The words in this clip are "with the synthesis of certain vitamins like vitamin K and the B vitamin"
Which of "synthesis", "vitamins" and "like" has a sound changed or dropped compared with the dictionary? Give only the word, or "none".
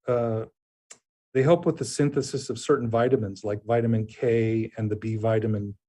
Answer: none